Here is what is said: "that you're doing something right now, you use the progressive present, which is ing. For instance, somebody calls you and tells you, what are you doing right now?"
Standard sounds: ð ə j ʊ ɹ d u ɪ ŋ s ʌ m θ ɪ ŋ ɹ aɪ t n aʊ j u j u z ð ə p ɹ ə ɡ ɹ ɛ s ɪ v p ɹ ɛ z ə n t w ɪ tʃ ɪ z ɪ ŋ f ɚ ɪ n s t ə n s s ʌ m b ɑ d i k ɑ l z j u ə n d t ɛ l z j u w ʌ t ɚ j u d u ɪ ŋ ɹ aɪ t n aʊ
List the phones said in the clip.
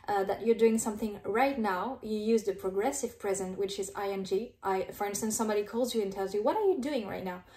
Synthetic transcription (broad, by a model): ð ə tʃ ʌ ɹ d u ɪ ŋ s ʌ m θ ɪ ŋ ɹ aɪ t n aʊ j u j u z ð ə p ɹ ə ɡ ɹ ɛ s ɪ v p ɹ ɛ z ə n t w ɪ tʃ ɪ z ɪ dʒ f ɚ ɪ n s t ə n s s ʌ m b ɑ d i k ɑ l z j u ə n t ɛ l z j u w ʌ t ɚ j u d u ɪ ŋ ɹ aɪ t n aʊ